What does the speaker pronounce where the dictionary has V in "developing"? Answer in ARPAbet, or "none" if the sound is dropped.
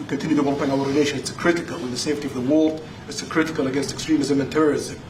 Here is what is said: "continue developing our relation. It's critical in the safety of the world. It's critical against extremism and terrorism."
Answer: none